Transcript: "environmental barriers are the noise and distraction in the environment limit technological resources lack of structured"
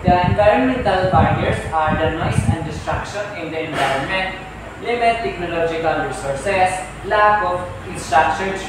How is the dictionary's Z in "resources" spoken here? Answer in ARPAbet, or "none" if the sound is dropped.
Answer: S